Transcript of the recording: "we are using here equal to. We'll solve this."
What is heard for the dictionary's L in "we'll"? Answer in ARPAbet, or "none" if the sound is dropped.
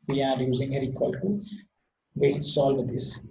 N